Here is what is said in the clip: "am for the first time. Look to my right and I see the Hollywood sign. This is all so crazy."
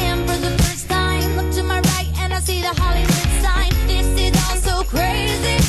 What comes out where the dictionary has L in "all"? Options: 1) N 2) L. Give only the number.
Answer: 1